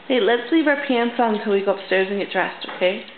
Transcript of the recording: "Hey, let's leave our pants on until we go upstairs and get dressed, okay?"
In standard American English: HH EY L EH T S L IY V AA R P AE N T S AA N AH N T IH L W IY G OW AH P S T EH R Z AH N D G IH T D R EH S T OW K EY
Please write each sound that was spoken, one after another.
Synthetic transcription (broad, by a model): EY L EH T S L IY V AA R P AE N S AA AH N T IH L W IY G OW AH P S T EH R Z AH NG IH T D R EH S T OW K EY